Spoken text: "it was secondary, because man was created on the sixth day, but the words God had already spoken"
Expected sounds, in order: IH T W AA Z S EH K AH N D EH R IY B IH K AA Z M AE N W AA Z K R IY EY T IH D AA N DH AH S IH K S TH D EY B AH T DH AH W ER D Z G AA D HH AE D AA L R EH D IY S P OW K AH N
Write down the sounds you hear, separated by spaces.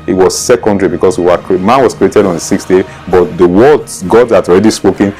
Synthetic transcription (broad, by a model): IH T W AA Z S EH K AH N D R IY B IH K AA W M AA N W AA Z K R IY EY T IH D AA N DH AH S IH K S T D EY B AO T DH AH W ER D G AA D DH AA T AA L R EH D IY S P OW K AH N